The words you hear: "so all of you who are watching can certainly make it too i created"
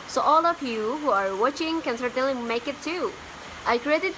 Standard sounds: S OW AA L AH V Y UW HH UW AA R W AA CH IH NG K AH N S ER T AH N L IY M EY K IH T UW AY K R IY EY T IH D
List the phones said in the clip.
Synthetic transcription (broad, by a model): S OW AA L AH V Y UW HH UW AA R W AA CH IH NG K AH N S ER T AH L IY M EY K IH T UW AY K R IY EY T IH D